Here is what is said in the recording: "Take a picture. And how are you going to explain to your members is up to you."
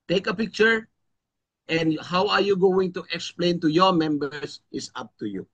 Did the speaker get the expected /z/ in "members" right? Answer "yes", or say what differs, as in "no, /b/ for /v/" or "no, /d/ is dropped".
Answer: no, /s/ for /z/